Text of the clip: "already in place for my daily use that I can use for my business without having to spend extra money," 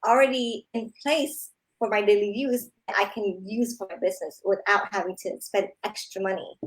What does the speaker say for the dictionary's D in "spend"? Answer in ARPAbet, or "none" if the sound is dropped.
D